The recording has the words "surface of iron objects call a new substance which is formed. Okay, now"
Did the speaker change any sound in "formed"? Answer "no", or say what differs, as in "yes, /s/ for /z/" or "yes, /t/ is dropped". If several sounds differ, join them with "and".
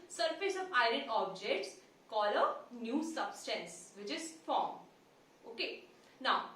yes, /d/ is dropped